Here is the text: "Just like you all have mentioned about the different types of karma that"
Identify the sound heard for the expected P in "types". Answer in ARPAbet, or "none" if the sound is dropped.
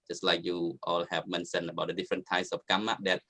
none